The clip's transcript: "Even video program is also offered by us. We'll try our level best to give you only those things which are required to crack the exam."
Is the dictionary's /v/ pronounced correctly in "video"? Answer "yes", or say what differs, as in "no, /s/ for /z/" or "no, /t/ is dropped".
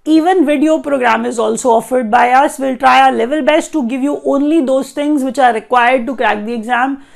yes